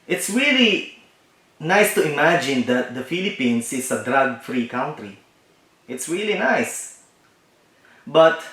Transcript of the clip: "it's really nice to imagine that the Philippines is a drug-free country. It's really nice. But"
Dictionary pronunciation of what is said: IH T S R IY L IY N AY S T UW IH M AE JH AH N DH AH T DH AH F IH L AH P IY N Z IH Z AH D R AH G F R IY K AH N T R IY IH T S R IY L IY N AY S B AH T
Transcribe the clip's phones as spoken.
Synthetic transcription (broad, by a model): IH T S R IY L IY N AY S T UW IH M AE JH AH N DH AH T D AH F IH L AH P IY N S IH S AH D R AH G F R IY K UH N T R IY IH T S R IY L IY N AY S B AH T